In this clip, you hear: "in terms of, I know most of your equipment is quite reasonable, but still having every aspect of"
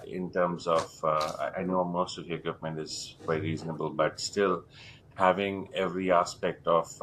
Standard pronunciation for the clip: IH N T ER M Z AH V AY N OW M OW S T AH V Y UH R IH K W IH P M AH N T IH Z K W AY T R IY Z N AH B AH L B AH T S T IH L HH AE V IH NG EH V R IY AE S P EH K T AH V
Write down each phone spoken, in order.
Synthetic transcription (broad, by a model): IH N T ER M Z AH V AY N OW M OW S T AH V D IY IH K W IH P M AH N T IH Z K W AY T R IY Z N AH B AH L B AH T S T IH L HH AE V IH NG EH V R IY AE S P EH K T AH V